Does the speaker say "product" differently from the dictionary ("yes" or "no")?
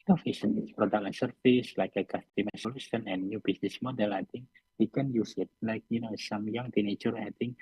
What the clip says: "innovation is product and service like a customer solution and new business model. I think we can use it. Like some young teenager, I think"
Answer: yes